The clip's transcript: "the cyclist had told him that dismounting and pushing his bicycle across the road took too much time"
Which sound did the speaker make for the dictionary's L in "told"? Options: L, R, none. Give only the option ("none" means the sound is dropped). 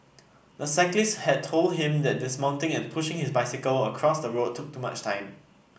L